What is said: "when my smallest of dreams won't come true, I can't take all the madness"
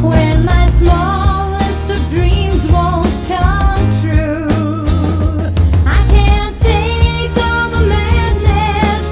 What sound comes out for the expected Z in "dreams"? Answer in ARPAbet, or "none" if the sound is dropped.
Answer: Z